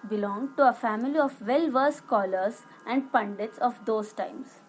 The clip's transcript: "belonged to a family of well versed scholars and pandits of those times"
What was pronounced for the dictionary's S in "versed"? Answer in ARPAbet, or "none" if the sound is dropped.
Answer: none